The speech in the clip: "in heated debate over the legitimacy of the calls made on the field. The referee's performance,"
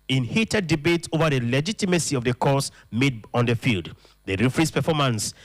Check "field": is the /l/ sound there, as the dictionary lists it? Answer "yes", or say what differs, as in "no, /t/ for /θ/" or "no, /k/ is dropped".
yes